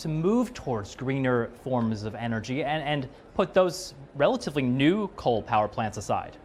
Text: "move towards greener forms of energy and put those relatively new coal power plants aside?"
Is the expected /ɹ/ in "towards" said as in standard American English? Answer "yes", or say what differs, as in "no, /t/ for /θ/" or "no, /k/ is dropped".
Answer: yes